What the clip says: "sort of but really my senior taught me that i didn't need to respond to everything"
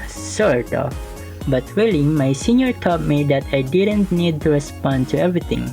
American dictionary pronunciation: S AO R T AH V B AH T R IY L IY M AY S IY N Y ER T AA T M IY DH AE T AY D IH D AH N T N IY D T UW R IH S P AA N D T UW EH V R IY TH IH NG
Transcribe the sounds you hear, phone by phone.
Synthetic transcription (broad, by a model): S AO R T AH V B AH T W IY L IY M AY S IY N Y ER T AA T M IY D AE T AY D IH D AH N T N IY D T UW R IH S P AA N D T UW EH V R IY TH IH NG